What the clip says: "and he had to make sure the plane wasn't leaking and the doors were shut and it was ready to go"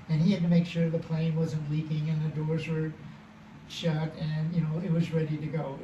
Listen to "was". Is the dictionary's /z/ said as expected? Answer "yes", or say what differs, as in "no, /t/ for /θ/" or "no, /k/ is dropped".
yes